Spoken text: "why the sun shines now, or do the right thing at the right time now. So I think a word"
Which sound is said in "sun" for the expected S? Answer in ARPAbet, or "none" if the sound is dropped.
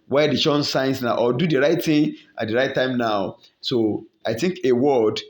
SH